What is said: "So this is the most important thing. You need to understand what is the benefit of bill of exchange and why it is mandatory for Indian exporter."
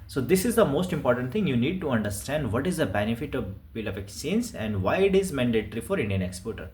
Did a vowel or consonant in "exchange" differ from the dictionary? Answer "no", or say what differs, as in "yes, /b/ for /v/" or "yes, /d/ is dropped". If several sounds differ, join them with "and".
yes, /tʃ/ is dropped